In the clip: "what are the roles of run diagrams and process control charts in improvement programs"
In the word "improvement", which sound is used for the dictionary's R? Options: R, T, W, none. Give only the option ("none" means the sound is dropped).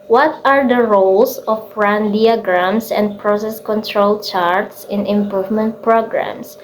R